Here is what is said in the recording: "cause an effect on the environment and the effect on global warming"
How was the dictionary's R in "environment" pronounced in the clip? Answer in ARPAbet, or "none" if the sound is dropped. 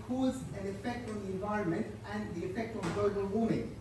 R